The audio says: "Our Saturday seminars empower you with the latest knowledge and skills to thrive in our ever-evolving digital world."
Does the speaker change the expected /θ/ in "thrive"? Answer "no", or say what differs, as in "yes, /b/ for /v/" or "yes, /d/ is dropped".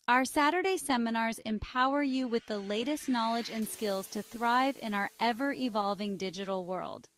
no